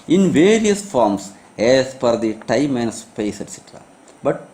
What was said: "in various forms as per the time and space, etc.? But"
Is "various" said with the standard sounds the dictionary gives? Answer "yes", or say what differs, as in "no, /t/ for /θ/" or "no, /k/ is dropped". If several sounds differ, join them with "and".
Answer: yes